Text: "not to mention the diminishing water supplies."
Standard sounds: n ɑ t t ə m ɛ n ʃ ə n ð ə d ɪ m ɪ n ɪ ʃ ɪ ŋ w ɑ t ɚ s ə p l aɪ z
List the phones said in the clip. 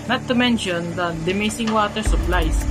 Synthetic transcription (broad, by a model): n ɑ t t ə m ɛ n ʃ ə n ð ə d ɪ m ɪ s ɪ ŋ w ɑ t ɚ s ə p l aɪ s